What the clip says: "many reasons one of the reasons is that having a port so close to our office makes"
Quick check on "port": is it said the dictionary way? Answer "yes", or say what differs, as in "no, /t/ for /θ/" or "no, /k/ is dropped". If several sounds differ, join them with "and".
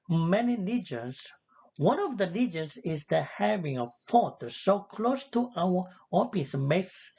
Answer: no, /f/ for /p/